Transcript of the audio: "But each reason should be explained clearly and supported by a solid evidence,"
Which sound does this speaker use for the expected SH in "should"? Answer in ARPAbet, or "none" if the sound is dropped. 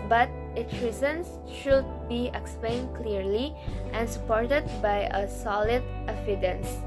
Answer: SH